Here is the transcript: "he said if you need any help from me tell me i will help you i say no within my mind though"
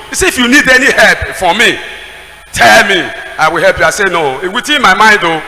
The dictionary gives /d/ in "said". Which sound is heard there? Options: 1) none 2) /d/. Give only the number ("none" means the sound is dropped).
1